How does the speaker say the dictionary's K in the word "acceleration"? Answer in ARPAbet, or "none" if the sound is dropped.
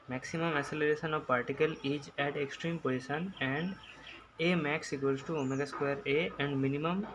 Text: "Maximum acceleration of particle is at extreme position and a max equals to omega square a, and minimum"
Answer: none